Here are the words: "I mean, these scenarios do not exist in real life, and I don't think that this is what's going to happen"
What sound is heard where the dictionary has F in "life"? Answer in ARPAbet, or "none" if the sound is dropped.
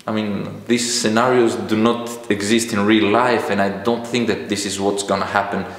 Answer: F